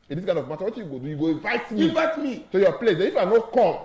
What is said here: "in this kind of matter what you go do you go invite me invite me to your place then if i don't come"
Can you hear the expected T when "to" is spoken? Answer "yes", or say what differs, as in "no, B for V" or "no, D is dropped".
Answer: no, S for T